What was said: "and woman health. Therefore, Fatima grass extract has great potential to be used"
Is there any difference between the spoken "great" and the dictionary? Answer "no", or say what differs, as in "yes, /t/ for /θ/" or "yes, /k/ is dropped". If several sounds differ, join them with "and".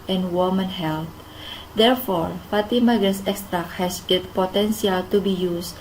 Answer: yes, /ɹ/ is dropped